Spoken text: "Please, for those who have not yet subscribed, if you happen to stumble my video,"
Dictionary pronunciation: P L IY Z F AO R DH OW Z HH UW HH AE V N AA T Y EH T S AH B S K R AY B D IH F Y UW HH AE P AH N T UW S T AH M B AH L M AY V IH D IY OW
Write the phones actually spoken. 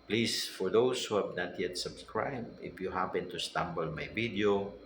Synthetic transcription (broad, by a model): P L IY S F AO R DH OW S HH UW HH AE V N AA T Y EH T S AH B S K R AY B IH F Y UW HH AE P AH N T UW S T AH M B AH L M AY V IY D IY OW